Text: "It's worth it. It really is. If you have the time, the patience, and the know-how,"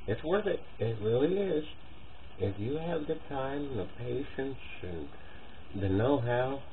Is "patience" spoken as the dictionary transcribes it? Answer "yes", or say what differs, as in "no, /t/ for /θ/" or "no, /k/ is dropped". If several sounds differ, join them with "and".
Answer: yes